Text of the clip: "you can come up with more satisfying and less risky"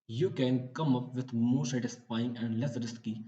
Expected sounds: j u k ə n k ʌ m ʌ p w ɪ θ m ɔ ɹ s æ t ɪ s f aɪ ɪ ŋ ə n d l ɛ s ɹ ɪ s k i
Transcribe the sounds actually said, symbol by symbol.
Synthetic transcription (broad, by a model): j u k ə n k ʌ m ʌ p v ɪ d m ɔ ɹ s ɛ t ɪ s p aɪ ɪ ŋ ə n d l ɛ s ɹ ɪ s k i